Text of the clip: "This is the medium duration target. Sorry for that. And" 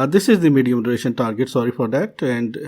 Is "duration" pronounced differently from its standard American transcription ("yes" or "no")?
yes